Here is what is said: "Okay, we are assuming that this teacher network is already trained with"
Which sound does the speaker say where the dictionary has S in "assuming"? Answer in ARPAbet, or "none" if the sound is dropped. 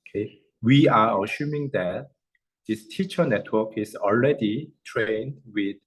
SH